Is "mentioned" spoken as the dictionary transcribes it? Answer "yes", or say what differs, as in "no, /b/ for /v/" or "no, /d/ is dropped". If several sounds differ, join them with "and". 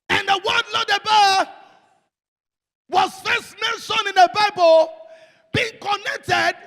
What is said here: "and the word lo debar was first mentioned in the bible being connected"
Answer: no, /d/ is dropped